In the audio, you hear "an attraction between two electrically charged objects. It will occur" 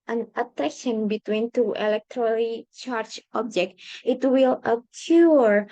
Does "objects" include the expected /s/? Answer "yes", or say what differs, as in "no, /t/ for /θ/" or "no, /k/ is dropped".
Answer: no, /s/ is dropped